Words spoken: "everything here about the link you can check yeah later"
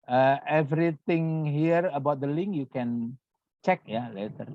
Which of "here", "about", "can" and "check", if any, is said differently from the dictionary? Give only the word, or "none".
none